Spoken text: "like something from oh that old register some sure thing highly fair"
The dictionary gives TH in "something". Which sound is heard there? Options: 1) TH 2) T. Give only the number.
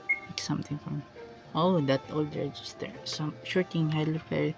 2